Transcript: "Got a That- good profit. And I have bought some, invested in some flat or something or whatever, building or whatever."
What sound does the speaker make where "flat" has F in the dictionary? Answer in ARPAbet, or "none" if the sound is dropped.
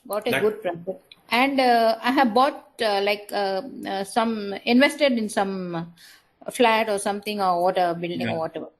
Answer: F